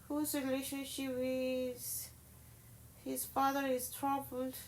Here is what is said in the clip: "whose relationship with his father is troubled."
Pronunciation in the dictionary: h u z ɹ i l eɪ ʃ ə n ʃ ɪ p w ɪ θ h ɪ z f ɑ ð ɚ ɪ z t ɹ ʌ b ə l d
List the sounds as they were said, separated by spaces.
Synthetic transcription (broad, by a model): h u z ɹ i l eɪ ʃ ə n ʃ ɪ p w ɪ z h ɪ z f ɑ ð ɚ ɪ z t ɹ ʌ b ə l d